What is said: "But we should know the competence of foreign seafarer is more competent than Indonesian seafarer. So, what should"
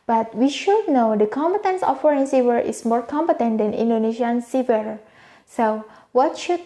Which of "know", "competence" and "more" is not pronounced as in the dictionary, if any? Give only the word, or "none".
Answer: none